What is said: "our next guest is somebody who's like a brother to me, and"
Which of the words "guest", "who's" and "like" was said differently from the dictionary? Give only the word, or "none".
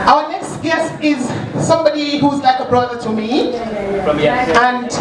none